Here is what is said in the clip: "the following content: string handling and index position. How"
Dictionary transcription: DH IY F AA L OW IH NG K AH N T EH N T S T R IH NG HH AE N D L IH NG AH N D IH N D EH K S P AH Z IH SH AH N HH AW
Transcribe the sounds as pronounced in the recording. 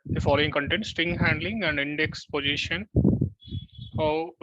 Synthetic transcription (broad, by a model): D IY F AA L OW IH NG K AH N T EH N T S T IH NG HH AE N D L IH NG AH N D IH N D EH K S P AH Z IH SH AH N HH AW